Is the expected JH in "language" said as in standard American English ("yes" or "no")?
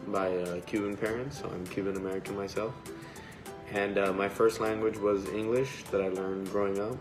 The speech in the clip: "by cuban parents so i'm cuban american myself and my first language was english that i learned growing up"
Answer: yes